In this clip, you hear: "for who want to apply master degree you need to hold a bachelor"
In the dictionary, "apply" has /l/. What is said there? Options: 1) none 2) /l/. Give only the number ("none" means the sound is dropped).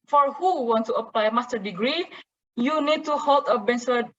2